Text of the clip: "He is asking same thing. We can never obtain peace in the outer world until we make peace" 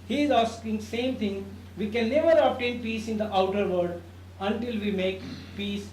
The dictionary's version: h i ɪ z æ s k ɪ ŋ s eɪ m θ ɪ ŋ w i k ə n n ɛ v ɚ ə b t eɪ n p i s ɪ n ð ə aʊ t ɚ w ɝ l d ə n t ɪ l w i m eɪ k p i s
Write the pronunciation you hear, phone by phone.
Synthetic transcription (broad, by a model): h i ɪ z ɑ s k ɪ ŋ s eɪ m t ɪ ŋ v i k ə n n ɛ v ɚ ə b t eɪ n p i s ɪ n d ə aʊ t ɚ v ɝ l d ə n t ɪ l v i m eɪ k p i s